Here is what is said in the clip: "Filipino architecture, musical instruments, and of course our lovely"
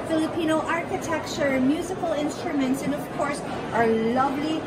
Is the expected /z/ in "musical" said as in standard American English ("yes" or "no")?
yes